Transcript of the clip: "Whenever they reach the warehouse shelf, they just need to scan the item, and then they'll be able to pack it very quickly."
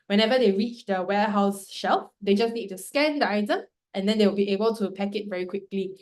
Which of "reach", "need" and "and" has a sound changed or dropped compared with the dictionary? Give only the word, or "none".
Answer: none